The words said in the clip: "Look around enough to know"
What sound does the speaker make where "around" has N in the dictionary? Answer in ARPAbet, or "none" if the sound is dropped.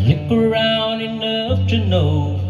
N